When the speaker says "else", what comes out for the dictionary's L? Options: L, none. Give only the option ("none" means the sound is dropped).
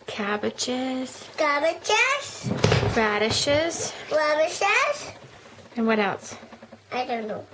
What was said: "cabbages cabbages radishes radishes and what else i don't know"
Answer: L